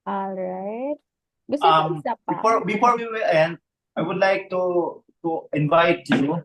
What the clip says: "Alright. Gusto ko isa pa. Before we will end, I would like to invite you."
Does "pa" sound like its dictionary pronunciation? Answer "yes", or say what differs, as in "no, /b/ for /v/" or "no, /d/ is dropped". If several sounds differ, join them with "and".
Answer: no, /f/ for /p/